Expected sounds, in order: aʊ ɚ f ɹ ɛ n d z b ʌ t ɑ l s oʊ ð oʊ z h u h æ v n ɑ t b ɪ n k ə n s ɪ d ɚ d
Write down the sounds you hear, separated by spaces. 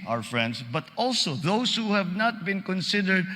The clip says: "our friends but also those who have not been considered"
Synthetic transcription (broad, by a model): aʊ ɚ f ɹ ɛ n d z b ʌ t ɑ l s oʊ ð oʊ s h u h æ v n ɑ t b ɪ n k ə n s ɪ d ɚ d